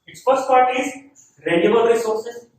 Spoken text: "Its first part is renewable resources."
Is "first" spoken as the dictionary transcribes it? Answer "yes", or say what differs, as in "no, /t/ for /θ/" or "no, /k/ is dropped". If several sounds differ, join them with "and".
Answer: no, /p/ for /f/